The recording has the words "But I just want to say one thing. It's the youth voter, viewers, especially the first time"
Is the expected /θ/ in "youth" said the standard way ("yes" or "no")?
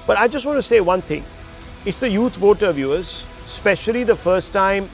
no